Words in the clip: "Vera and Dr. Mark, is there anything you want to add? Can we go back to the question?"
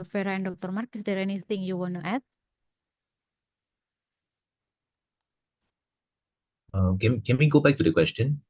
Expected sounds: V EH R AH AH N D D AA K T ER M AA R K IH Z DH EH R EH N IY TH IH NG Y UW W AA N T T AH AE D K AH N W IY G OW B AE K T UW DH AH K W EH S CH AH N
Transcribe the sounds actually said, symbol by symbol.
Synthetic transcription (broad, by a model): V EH R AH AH N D D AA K T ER M AA R K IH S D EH R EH N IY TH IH NG Y UW W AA N T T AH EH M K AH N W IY G OW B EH K T UW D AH K W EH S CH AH N